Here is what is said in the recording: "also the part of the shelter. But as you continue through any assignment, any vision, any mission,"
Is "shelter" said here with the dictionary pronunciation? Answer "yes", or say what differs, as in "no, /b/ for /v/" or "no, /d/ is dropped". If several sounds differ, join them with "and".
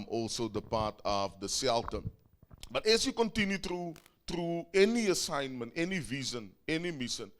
no, /s/ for /ʃ/